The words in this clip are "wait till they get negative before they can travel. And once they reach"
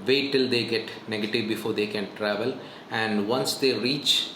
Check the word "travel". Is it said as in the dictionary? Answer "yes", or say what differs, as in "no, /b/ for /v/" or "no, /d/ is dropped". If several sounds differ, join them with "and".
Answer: yes